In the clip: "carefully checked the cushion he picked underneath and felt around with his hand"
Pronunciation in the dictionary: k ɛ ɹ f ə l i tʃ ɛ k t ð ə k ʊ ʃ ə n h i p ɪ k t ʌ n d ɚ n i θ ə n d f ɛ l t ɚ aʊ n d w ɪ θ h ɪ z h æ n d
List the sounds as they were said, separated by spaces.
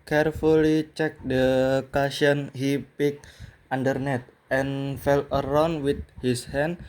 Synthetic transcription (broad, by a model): k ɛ ɹ f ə l i tʃ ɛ k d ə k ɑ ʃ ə n h i p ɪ k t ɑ n d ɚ n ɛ t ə n f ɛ l ɚ aʊ n d w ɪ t h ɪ s h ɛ n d